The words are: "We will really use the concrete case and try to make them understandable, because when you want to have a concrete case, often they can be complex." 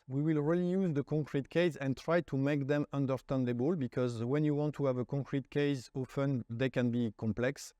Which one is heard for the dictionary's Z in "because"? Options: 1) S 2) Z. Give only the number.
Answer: 2